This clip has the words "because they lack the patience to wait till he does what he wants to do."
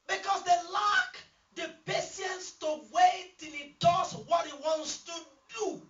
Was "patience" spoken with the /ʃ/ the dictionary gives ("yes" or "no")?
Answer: no